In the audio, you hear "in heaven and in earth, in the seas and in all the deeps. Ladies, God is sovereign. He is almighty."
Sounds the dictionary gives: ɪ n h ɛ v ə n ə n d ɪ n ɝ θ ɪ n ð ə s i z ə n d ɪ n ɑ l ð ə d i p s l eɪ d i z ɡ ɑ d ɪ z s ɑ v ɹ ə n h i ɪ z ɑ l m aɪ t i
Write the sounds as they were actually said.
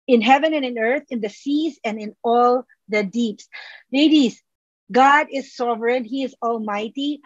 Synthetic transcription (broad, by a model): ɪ n h ɛ v ə n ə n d ɪ n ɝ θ ɪ n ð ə s i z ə n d ɪ n ɑ l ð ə d i p s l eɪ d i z ɡ ɑ d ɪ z s ɑ v ɹ ə n h i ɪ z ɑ l m aɪ t i